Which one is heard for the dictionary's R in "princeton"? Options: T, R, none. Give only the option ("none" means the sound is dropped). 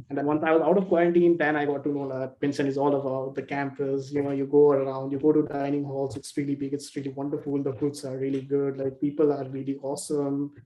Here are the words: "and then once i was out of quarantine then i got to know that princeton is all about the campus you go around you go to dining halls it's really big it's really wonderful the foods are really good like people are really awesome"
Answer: none